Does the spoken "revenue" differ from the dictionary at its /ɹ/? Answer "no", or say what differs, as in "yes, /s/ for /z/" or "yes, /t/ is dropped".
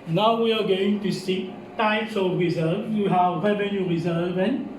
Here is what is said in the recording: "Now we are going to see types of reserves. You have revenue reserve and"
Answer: yes, /w/ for /ɹ/